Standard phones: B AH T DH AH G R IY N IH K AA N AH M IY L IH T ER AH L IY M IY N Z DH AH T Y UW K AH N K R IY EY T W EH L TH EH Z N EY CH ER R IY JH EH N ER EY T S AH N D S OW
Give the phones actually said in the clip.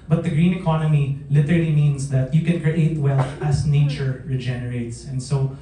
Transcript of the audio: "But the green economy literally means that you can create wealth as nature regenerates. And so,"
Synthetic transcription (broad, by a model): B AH T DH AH G R IY N IH K AA N AH M IY L IH T ER AH L IY M IY N S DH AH T Y UW K AH N K R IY EY T W EH L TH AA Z N EY CH ER R IY JH EH N ER EY T S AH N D S OW